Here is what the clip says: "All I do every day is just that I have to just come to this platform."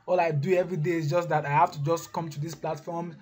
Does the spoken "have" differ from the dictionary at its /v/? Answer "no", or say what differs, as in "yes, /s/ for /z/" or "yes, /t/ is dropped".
yes, /f/ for /v/